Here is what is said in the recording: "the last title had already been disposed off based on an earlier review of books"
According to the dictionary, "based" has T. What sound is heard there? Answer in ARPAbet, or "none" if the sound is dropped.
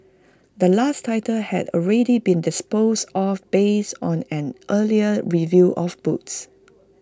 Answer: none